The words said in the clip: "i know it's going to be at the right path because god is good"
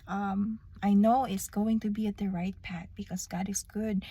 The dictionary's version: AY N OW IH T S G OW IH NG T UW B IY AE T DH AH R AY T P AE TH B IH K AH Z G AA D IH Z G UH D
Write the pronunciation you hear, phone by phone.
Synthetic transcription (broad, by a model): AY N OW IH T S G OW IH NG T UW B IY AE T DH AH R AY T P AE T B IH K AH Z G AA D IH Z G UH D